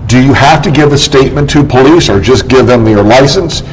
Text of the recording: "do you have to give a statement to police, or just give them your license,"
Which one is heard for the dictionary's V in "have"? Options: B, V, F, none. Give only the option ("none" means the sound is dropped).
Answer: F